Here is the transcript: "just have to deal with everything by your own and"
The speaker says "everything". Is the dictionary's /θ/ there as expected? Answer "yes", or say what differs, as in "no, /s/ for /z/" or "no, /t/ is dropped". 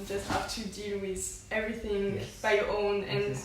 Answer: yes